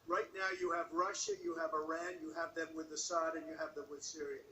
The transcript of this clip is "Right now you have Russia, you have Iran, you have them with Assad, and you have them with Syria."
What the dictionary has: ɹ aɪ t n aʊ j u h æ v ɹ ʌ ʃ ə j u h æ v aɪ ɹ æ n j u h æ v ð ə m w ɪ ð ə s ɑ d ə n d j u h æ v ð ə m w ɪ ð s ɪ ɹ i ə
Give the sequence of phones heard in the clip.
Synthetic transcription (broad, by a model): ɹ aɪ t n aʊ j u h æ v ɹ ʌ ʃ ə j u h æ v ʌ ɹ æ n j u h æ v ð ə m w ɪ ð ə s ɑ d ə n j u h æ v ð ə m w ɪ ð s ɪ ɹ i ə